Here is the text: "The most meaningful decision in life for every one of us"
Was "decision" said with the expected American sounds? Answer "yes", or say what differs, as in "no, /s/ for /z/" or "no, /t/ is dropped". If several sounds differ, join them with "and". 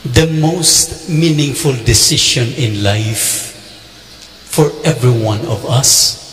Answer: no, /ʃ/ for /ʒ/